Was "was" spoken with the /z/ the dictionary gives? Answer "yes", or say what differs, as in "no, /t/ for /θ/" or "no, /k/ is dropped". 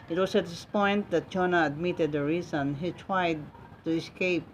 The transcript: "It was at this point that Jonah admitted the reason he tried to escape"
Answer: no, /s/ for /z/